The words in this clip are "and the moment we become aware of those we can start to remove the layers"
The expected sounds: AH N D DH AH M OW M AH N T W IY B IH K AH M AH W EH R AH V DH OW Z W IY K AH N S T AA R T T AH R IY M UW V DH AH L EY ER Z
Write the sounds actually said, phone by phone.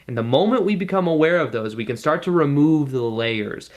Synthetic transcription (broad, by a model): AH N DH AH M OW M AH N T W IY B IH K AH M AH W EH R AH V DH OW Z W IY K AH N S T AA R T T AH R IY M UW V DH AH L EY ER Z